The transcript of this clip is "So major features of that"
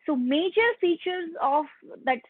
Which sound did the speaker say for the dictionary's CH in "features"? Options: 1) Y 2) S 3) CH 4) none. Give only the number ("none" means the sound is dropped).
3